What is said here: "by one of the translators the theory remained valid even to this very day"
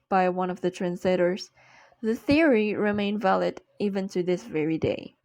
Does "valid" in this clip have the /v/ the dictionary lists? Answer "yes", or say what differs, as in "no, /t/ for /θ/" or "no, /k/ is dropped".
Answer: yes